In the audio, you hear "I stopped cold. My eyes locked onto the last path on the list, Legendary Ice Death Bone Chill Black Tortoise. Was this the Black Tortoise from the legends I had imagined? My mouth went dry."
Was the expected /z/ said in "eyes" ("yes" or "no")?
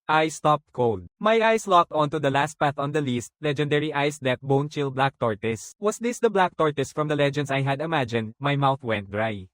no